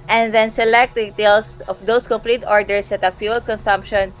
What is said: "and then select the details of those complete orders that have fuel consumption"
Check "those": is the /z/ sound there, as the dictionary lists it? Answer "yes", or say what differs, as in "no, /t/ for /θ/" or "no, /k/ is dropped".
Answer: no, /s/ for /z/